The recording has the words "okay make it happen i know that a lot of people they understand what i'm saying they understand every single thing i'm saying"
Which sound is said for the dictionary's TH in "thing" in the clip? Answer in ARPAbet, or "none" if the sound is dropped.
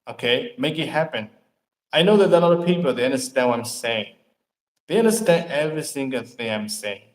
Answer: TH